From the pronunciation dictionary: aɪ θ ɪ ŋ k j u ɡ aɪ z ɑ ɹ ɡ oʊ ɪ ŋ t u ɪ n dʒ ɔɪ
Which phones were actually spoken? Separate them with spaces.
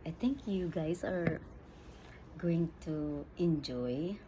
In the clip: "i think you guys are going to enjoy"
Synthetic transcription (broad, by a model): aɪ t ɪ ŋ k j u ɡ aɪ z ɑ ɹ ɡ oʊ ɪ ŋ t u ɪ n dʒ ɔɪ